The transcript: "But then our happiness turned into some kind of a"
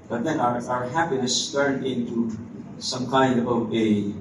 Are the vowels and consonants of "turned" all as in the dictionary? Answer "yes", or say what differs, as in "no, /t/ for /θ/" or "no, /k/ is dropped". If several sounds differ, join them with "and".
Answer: no, /d/ is dropped